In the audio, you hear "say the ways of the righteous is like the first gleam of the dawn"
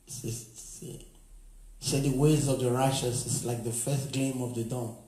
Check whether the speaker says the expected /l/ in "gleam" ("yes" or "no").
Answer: no